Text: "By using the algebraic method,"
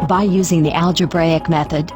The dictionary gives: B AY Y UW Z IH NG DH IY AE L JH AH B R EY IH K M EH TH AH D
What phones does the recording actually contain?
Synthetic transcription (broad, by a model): B AY Y UW Z IH NG DH IY AE L JH AH B R EY IH K M EH TH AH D